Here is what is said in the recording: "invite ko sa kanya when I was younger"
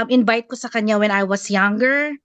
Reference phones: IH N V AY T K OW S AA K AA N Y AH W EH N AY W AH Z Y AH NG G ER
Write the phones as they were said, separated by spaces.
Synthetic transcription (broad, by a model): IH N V AY T K OW S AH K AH N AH W EH N AY W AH S Y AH NG G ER